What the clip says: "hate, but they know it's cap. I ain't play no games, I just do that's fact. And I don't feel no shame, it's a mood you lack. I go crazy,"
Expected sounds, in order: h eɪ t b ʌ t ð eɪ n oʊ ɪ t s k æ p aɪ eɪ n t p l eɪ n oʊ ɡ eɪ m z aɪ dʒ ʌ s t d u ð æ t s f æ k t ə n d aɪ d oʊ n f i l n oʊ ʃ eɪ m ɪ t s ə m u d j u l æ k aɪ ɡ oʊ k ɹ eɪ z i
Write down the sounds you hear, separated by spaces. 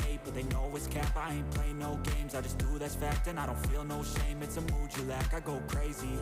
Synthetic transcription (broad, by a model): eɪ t b ʌ t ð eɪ l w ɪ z k æ p aɪ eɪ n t p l eɪ n oʊ ɡ eɪ m z aɪ dʒ ʌ s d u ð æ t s f æ k t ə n aɪ d oʊ n f i l n oʊ ʃ eɪ m ɪ t s ə m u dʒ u l æ k aɪ ɡ oʊ k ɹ eɪ z i